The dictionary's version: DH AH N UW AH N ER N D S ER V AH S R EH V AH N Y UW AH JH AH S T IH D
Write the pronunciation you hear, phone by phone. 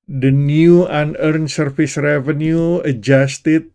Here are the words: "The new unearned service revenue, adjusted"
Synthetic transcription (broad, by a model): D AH N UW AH N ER N S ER F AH S R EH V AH N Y UW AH JH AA S T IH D